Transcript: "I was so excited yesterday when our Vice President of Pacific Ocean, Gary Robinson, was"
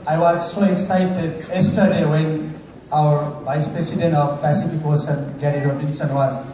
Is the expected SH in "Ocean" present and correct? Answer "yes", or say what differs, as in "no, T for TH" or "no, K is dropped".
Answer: no, S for SH